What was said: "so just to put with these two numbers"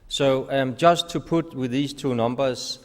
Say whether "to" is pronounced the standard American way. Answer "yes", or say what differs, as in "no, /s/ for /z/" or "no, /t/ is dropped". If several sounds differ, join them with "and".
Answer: yes